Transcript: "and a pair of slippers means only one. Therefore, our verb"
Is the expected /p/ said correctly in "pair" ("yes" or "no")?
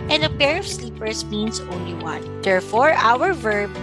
yes